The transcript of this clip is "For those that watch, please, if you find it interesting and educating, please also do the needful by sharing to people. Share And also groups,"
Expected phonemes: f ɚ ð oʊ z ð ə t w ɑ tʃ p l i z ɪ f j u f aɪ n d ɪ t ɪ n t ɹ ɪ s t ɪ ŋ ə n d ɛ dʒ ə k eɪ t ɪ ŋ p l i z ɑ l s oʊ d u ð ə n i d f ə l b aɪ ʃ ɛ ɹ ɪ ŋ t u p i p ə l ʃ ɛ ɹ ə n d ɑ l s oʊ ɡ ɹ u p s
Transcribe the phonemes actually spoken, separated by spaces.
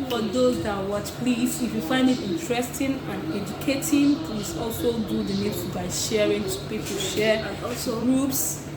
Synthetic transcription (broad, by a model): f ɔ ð oʊ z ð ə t w ɑ tʃ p l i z ɪ f j u f aɪ n d ɪ t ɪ n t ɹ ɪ s t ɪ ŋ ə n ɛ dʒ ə k eɪ t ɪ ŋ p l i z ɑ l s oʊ d u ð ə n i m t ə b aɪ ʃ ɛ ɹ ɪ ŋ t u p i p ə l ʃ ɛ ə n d ɑ l s oʊ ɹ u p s